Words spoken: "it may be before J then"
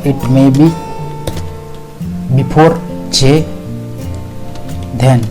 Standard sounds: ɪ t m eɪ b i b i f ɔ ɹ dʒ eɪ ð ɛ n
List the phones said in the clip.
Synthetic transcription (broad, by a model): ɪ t m eɪ b i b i p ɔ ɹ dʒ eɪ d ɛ n